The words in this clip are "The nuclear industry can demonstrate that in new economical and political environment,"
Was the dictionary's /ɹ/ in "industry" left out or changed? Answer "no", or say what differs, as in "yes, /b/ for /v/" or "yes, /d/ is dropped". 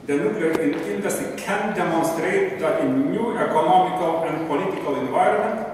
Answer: yes, /ɹ/ is dropped